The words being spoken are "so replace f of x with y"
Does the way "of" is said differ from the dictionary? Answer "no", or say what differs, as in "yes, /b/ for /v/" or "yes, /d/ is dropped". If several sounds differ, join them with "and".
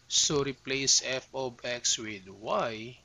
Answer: yes, /b/ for /v/